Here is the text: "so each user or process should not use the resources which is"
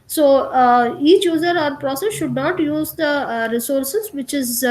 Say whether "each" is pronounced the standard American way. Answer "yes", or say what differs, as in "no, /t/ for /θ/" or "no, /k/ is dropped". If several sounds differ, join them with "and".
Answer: yes